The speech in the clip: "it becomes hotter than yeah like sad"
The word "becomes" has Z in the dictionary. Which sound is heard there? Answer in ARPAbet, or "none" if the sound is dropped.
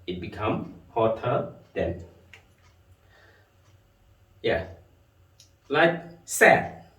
none